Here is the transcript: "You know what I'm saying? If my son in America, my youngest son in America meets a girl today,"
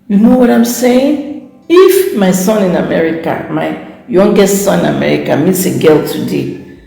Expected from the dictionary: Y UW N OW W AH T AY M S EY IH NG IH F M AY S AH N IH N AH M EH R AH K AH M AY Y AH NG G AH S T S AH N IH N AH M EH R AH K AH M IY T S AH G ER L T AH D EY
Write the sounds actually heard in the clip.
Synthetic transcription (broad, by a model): Y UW N OW W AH T AY M S EY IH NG IH F M AY S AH N IH N AH M EH R AH K AH M AY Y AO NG G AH T S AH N IH N AH M EH R AH K AH M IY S AH G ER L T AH D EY